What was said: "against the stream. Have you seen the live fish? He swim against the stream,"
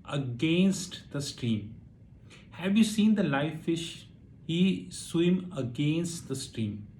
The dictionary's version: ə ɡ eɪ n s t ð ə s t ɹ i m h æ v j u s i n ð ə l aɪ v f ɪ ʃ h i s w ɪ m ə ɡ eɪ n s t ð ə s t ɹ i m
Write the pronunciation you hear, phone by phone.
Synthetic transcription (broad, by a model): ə ɡ eɪ n s t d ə s t ɹ i m h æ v j u s i n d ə l aɪ f ɪ ʃ h i s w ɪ m ə ɡ eɪ n s t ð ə s t ɹ i m